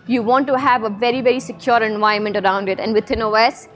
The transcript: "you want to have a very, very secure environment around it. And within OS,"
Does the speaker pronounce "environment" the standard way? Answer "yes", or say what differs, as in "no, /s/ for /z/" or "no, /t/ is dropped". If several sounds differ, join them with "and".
no, /ɹ/ is dropped